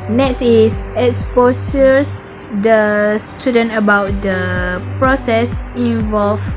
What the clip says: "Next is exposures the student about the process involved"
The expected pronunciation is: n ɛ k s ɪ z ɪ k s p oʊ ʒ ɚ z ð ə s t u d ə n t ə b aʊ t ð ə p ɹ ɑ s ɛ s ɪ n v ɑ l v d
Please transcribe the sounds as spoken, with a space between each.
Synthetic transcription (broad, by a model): n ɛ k s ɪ s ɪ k s p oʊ s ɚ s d ə s t u d ə n t ə b aʊ t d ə p ɹ ɑ s ɛ s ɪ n v ɑ l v